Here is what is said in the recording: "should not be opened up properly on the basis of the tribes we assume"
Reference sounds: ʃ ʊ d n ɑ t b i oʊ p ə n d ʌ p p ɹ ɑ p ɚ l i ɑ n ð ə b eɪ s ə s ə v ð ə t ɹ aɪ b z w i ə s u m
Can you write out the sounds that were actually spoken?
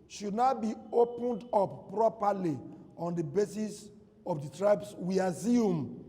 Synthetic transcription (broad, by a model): ʃ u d n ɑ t b i oʊ p ə n d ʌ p p ɹ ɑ p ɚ l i ɑ n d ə b eɪ s ə s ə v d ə t ɹ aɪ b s w i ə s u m